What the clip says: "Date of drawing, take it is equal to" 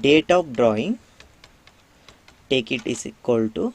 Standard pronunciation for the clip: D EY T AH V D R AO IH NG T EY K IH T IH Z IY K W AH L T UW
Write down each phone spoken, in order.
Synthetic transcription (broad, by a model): D EY T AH P D R AO IH NG T EY K IH T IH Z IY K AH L T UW